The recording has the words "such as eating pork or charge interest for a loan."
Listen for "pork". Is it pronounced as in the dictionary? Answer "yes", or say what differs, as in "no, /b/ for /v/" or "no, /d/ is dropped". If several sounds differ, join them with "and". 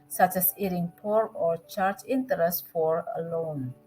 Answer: no, /k/ is dropped